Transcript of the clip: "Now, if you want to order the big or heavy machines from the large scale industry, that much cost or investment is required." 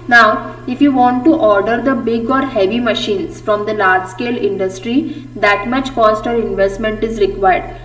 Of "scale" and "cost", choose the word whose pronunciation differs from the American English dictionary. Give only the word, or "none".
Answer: none